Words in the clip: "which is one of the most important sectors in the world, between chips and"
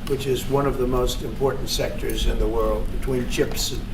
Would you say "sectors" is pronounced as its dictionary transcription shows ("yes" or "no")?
yes